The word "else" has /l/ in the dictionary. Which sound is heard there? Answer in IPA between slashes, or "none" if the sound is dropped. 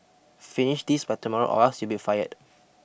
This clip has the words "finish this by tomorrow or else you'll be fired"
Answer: none